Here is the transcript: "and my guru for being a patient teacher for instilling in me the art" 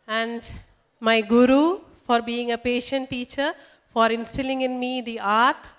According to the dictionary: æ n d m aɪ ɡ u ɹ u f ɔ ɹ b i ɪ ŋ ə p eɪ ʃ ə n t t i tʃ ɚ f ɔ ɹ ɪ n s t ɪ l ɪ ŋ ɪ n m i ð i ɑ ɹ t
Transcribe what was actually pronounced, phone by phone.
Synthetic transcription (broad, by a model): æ n d m aɪ ɡ u ɹ u f ɔ ɹ b i ɪ ŋ ə p eɪ ʃ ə n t t i tʃ ɚ f ɔ ɹ ɪ n s t ɪ l ɪ ŋ ɪ n m i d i ɑ ɹ t